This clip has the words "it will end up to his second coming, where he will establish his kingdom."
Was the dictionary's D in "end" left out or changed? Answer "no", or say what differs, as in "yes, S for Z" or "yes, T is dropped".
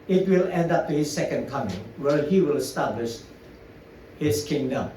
no